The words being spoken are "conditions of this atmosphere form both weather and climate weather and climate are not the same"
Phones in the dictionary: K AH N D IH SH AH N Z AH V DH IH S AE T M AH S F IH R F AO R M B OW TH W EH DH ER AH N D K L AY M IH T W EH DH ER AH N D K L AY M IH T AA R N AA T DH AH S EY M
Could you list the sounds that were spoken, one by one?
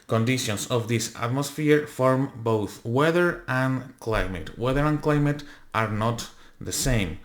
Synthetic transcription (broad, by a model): K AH N D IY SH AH N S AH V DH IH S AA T M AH S F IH R F AO R M B OW TH W EH DH ER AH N K L AY M IH T W EH DH ER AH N K L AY M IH T AA R N AA T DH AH S EY M